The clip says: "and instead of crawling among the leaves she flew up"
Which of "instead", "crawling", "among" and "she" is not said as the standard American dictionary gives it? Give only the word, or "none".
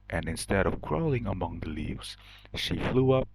none